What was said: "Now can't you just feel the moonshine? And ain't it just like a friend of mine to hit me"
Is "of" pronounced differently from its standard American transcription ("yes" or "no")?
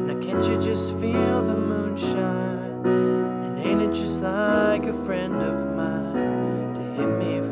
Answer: no